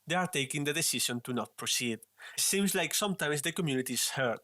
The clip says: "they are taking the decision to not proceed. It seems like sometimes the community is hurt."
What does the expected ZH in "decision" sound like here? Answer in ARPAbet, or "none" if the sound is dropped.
SH